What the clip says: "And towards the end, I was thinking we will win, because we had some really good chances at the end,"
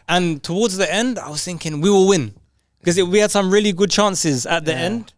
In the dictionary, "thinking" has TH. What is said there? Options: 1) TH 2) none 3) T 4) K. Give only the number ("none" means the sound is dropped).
1